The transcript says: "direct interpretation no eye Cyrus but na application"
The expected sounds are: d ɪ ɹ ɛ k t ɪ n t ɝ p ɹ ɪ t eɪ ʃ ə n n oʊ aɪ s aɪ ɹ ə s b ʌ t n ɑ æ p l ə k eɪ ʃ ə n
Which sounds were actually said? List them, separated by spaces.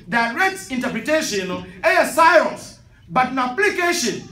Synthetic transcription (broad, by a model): d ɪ ɹ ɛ k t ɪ n t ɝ p ɹ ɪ t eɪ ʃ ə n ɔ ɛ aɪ s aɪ ə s b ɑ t n ɑ p l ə k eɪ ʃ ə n